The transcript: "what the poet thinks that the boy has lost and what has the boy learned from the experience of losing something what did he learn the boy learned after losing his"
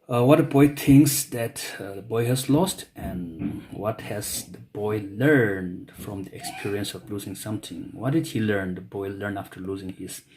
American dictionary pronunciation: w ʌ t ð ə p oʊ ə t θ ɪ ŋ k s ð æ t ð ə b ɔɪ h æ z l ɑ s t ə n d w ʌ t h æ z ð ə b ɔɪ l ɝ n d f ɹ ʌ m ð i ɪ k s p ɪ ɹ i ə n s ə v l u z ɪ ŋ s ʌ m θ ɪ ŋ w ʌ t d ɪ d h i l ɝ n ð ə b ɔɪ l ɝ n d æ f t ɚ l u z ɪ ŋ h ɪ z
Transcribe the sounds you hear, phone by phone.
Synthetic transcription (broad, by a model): w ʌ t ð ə b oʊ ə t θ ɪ ŋ k s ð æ t ð ə b ɔɪ h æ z l ɑ s t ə n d w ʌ t h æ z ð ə b ɔɪ l ɝ n d f ɹ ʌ m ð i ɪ k s p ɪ ɹ i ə n s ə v l u z ɪ ŋ s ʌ m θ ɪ ŋ w ʌ t d ɪ d h i l ɝ n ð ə b ɔɪ l ɝ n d æ f t ɚ l u z ɪ ŋ h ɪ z